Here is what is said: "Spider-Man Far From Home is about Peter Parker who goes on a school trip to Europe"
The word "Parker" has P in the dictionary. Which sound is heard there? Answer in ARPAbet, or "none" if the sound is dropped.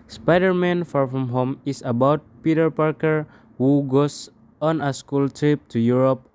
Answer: P